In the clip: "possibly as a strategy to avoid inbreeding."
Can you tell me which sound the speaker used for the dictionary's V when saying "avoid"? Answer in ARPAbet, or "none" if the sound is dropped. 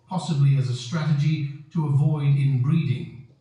V